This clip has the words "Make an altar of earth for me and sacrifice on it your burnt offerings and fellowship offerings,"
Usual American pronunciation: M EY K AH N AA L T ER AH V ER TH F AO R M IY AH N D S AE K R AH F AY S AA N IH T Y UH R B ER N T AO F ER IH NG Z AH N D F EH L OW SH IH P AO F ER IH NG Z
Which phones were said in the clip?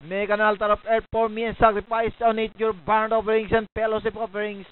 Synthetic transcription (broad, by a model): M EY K AH N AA L T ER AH P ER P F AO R M IY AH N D S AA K R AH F AY S AA N IH T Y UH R B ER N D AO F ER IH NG S AH N D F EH L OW S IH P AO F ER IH NG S